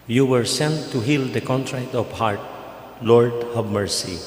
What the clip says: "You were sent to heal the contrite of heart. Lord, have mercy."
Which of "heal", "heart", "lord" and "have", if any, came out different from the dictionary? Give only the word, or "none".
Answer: have